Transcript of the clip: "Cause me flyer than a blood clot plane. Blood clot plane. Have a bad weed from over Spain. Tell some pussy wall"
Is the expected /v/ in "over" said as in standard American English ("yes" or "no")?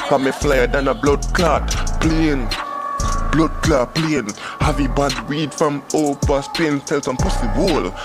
no